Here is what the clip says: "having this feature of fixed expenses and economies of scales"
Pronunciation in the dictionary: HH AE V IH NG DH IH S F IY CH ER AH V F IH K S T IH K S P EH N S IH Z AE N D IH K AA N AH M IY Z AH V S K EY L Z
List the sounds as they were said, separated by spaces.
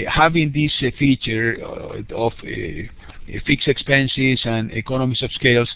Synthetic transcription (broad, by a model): HH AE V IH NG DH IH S F IY CH ER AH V F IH K S IH K S P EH N S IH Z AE N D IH K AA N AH M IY S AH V S K EY L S